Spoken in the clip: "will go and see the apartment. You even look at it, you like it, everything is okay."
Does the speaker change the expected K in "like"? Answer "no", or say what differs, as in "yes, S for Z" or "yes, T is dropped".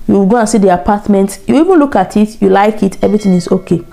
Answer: no